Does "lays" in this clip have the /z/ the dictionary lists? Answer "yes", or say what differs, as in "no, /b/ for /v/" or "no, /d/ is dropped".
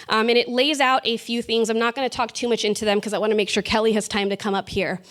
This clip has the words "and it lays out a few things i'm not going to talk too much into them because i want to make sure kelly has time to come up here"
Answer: yes